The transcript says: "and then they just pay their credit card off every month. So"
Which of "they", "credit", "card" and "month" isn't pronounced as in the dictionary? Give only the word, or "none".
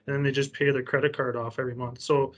none